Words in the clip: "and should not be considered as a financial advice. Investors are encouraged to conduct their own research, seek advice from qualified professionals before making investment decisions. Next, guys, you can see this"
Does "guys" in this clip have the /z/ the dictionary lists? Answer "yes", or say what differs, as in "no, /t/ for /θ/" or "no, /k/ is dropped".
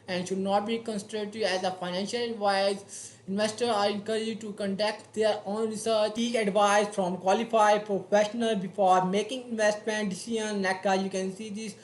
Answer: no, /z/ is dropped